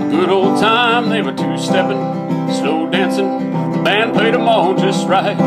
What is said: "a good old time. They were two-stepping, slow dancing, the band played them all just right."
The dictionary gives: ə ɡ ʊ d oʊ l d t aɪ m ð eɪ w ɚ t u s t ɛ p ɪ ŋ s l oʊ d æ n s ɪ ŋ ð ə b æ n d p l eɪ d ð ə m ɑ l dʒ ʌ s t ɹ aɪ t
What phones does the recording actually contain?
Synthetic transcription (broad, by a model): ɡ ʊ d oʊ l d t aɪ m ð eɪ w ɚ t u s t ɛ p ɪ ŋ s n oʊ d æ n s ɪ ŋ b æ n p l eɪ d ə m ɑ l dʒ ʌ s t ɹ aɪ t